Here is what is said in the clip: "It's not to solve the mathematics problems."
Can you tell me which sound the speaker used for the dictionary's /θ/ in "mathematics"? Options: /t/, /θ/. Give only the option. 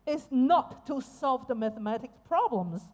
/θ/